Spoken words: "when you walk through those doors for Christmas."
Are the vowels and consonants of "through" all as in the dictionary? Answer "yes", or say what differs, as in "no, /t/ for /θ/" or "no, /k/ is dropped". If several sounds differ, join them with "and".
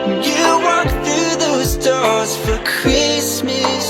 yes